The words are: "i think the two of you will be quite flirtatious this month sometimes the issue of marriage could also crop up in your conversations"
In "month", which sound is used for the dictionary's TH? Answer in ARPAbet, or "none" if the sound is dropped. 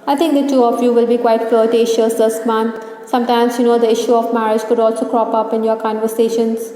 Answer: T